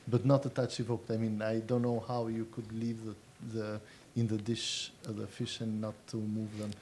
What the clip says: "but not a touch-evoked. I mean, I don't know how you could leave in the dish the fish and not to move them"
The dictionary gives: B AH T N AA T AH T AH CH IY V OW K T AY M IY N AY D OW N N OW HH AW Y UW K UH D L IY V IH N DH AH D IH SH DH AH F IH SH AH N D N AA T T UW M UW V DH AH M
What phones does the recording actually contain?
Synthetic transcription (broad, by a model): B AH T N AA T AH T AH CH IY V OW K T AY M IY N AY D OW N N OW HH AW Y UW K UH D L IY V IH N DH AH D IH SH DH AH F IH SH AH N N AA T T UW M UW V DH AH M